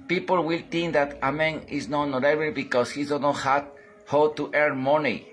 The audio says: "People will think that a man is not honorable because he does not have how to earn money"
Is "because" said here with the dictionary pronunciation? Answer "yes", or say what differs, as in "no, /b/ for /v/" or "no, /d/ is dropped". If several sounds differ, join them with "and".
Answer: no, /s/ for /z/